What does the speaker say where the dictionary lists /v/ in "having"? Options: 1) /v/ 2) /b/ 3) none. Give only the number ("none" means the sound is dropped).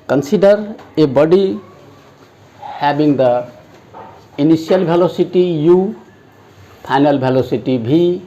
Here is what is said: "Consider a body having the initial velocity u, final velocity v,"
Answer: 2